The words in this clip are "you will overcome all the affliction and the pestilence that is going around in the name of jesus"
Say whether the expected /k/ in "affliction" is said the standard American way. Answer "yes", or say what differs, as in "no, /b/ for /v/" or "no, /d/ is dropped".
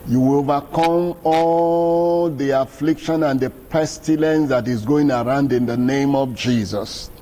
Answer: yes